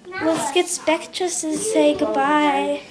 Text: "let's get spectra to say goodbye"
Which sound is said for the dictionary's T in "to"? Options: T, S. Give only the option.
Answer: S